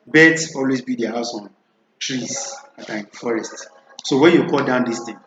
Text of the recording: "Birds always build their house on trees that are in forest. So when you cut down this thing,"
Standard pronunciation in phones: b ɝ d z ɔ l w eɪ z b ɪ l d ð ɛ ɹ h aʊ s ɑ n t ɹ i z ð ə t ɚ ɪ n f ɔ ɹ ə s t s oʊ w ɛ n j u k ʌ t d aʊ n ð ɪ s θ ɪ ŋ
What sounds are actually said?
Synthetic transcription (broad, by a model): b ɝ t ɔ l w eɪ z b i d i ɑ h aʊ s ɑ n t ɹ i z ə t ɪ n f ɔ ɹ ə s t s oʊ w ɛ n j u k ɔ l d aʊ n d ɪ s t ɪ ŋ